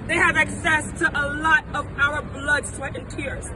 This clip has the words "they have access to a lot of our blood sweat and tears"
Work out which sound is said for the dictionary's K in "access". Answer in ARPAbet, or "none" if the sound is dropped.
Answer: K